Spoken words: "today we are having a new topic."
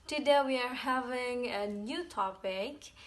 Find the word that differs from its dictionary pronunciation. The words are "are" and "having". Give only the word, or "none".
none